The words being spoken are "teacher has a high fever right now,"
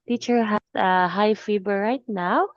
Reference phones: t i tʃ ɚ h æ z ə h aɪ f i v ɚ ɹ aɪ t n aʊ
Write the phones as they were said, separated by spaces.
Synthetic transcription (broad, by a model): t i tʃ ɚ h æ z ə h aɪ f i b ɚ ɹ aɪ t n aʊ